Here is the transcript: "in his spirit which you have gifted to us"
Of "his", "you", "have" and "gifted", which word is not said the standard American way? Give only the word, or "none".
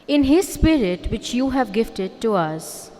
none